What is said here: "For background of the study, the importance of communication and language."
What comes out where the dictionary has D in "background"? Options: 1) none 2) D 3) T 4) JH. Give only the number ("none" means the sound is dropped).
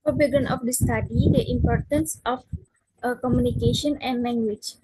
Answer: 1